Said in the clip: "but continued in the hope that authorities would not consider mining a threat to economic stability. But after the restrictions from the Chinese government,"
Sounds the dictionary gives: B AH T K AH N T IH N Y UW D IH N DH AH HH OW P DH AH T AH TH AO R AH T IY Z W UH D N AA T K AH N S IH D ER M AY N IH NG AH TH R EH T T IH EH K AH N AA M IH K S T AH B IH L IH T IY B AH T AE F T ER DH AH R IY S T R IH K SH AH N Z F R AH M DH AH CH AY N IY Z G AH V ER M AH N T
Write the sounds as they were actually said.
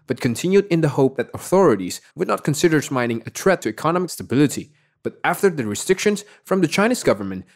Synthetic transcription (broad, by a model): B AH T K AH N T IH N Y UW D IH N DH AH HH OW P DH AH T AH TH AO R AH T IY Z W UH D N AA T K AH N S IH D ER M AY N IH NG AH T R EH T T IH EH K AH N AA M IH K S T AH B IH L IH T IY B AH T AE F T ER DH AH R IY S T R IH K SH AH N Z F R AH M DH AH CH AY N IY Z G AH V ER M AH N T